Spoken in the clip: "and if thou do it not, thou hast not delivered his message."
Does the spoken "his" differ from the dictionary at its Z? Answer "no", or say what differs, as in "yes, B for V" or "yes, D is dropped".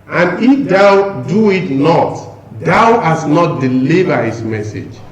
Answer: yes, S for Z